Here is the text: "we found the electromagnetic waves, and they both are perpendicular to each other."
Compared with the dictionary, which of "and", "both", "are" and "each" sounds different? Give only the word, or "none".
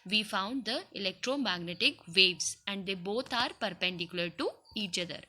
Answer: both